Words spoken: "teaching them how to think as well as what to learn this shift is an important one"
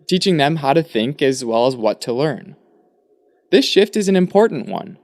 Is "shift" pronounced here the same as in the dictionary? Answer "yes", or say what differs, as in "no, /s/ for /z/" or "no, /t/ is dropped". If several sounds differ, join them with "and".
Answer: yes